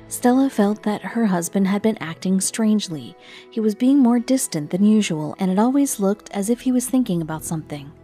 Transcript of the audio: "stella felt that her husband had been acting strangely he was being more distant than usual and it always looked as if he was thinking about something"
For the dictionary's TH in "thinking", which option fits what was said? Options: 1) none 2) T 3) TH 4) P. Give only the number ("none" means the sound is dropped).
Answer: 3